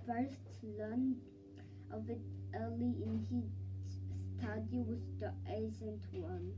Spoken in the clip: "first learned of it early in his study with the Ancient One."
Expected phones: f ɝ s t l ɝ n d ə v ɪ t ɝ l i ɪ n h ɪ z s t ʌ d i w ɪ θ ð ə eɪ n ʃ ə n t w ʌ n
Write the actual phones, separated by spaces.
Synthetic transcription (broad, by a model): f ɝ s t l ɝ n ə v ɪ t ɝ l i ɪ n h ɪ s t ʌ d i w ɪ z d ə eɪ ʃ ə n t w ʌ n